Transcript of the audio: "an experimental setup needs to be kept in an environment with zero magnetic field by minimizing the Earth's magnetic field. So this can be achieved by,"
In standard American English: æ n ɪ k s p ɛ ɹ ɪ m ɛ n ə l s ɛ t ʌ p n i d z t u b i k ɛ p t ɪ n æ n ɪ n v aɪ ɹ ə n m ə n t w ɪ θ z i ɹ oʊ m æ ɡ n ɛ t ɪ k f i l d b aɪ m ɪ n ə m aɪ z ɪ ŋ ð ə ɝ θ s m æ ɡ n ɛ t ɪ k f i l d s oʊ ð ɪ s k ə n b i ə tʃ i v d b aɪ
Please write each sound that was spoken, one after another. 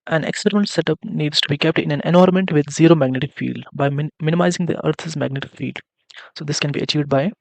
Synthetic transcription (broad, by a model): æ n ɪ k s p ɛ ɹ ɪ m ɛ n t s ɛ t ʌ p n i d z t u b i k ɛ p t ɪ n æ n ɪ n ɔ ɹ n m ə n t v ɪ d z i ɹ oʊ m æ ɡ n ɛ t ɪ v f i l d b aɪ m ɪ n ə m aɪ z ɪ ŋ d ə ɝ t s m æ ɡ n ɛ t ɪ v f i l d s oʊ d ɪ s k ə n b i ə tʃ i v d b aɪ